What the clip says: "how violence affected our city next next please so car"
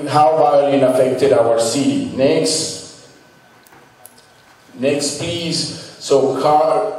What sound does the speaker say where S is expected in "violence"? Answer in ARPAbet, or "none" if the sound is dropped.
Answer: none